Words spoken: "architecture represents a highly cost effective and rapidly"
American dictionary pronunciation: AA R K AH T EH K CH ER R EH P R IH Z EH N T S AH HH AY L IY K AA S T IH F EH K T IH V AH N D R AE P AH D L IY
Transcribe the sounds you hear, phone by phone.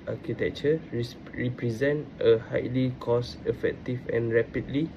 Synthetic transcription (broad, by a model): AA K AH T EH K CH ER R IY P R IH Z EH N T AH HH AY L IY K AA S IH F EH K T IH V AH N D R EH P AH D L IY